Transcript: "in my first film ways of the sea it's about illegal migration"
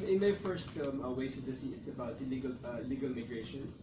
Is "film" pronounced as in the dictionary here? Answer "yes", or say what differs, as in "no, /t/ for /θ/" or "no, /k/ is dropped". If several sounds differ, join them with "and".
no, /l/ is dropped